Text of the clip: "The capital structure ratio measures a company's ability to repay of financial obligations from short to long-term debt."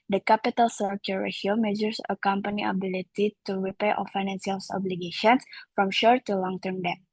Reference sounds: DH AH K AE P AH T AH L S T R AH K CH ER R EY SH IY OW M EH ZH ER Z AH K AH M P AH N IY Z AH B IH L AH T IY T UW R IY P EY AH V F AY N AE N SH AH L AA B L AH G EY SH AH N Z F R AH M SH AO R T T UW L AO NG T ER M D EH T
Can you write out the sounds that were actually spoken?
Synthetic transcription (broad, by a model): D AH K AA P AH T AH L S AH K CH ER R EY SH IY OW M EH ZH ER S AH K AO M P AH N IY AH B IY L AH T IY T UW R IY P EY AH F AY N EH N S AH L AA B L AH G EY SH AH N S F R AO M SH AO R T T UW L AO NG T ER M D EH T